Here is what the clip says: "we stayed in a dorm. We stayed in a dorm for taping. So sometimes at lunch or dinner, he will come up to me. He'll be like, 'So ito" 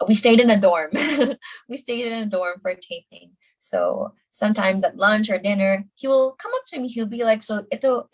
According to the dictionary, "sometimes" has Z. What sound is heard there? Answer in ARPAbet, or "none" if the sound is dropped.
Z